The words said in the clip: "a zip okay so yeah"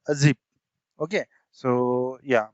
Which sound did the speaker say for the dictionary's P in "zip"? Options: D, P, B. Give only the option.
B